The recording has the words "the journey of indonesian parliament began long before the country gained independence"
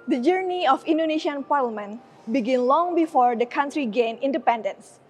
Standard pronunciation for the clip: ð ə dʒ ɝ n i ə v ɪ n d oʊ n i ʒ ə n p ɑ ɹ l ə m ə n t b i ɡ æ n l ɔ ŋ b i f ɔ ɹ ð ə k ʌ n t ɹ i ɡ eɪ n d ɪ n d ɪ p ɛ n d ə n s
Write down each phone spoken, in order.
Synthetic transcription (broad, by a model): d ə dʒ ɝ n i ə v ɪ n d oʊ n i ʃ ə n p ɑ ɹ l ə m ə n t b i ɡ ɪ n l ɔ ŋ b i f ɔ ɹ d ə k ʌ n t ɹ i ɡ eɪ n ɪ n d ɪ p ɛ n d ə n s